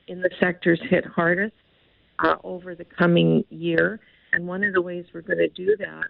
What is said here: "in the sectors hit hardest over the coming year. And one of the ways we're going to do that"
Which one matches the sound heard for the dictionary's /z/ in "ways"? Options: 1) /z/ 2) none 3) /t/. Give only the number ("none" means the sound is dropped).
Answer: 1